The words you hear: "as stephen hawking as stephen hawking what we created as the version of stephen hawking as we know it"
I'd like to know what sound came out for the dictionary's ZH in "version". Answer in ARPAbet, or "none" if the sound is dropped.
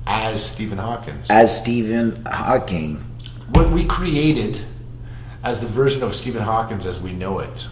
ZH